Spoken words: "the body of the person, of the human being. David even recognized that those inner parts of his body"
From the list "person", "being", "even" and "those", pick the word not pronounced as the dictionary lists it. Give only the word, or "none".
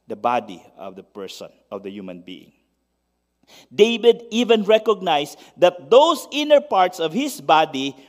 those